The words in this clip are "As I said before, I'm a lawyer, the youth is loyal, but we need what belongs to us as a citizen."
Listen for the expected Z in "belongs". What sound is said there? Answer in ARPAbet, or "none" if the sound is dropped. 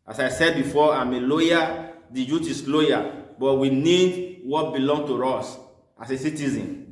none